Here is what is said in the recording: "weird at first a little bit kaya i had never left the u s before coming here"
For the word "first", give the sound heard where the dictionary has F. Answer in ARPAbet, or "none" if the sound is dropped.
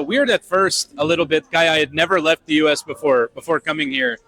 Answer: F